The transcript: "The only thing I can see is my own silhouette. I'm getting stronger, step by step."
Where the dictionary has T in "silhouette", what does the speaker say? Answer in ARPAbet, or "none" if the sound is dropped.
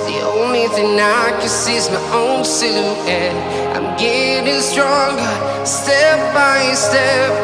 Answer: none